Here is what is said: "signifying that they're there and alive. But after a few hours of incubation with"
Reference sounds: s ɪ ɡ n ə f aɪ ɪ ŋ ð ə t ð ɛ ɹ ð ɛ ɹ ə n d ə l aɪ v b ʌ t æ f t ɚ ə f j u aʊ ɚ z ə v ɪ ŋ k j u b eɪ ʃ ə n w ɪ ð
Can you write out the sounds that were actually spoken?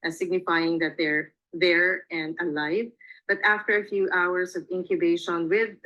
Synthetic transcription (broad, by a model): s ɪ ɡ n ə f aɪ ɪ ŋ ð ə t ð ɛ ɹ ð ɛ ɹ ə n d ə l aɪ v b ʌ t æ f t ɚ ə f j u aʊ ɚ s ə v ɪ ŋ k j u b eɪ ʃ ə n w ɪ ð